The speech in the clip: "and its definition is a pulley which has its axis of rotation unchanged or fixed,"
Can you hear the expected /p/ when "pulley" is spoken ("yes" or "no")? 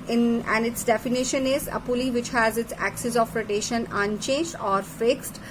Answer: yes